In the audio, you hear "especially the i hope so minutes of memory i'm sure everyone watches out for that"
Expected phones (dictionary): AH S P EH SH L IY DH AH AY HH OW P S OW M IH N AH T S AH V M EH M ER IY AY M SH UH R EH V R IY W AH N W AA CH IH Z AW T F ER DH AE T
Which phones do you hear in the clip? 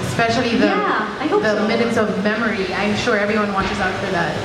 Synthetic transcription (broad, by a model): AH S P EH SH L IY DH AH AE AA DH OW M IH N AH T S AH V M EH M ER IY AY M SH UH R EH V R IY W AH N W AA CH IH Z AW T F ER DH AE T